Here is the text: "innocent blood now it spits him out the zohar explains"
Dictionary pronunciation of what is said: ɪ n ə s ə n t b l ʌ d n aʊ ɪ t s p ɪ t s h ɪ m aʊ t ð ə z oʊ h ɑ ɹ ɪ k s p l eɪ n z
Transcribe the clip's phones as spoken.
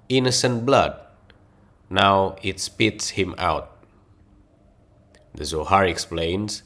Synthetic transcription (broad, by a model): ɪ n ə s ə n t b l ʌ d n aʊ ɪ t s p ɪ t s h ɪ m aʊ t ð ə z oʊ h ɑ ɹ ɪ k s p l eɪ n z